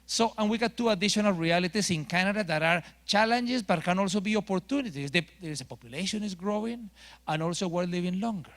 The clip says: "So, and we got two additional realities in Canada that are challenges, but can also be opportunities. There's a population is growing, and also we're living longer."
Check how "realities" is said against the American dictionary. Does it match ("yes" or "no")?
no